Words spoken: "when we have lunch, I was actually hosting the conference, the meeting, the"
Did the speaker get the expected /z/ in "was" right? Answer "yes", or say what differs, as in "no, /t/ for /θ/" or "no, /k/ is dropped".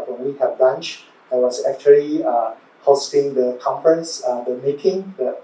no, /s/ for /z/